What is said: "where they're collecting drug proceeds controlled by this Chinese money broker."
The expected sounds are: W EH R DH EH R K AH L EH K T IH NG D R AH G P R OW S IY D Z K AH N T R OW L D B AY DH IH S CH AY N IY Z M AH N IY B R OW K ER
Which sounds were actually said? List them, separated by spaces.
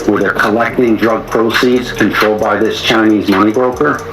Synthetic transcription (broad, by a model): W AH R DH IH K AH L EH K T IH NG D R AH G P R OW S IY D Z K AH N T R OW L D B AY DH IH S CH AY N IY Z M AH N IY B R OW K ER